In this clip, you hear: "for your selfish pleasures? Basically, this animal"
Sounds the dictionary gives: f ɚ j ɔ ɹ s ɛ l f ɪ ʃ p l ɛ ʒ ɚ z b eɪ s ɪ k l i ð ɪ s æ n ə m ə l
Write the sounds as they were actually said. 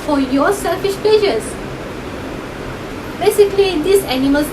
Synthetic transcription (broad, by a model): f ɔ j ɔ s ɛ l f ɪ s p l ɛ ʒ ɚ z b eɪ s ɪ k l i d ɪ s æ n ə m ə l